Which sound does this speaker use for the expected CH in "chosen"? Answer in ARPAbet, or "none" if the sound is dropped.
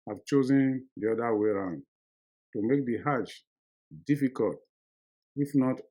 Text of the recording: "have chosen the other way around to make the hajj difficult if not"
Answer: CH